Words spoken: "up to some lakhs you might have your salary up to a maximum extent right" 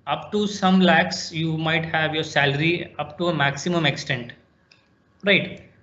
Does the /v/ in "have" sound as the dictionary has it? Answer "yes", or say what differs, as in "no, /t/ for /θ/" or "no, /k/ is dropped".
yes